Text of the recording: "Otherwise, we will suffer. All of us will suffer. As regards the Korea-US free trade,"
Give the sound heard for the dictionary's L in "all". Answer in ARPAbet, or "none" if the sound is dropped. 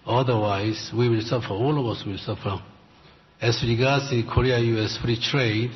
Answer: L